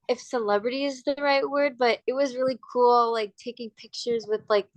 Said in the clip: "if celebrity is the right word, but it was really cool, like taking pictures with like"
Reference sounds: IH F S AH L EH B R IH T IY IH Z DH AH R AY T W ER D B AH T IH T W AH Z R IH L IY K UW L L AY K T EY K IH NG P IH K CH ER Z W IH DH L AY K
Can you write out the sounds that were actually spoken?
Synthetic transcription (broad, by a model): IH F S AH L EH B R IH T IY IH Z DH AH R AY T W ER D B AH T IH T W AH Z R IH L IY K UW L L AY K T EY K IH NG P IH K CH ER Z W IH DH L AY K